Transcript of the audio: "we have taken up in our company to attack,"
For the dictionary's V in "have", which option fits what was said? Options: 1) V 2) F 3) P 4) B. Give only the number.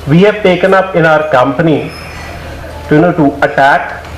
2